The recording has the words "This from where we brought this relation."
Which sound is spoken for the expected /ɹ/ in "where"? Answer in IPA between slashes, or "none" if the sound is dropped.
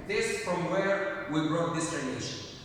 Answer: /ɹ/